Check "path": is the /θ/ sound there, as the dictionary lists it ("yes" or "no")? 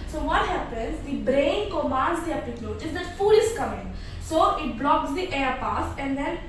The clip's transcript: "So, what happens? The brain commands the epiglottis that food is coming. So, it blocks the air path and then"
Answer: no